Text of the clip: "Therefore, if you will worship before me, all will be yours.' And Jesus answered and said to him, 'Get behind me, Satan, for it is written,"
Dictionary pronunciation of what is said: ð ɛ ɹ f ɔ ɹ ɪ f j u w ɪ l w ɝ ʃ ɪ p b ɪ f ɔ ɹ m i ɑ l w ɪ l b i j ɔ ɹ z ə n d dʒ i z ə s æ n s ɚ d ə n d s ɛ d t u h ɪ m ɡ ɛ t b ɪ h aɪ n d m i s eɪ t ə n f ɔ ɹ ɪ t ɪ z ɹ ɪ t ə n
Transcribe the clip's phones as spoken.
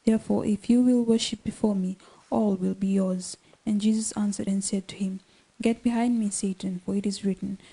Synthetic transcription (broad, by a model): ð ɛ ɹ f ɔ ɹ ɪ f j u w ɪ l w ɝ ʃ ɪ p b ɪ f ɔ ɹ m i ɑ l w ɪ l b i j ɔ ɹ z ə n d dʒ i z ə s æ n s ɚ d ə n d s ɛ d t u h ɪ m ɡ ɛ t b ɪ h aɪ n d m i s eɪ t ə n f ɔ ɹ ɪ t ɪ z ɹ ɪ t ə n